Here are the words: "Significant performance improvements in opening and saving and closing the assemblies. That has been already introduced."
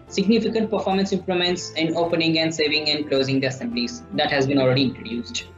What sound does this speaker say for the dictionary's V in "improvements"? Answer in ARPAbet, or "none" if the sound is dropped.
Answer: none